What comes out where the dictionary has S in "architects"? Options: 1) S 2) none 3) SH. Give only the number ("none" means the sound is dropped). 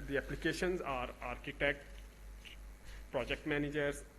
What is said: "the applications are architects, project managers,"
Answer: 2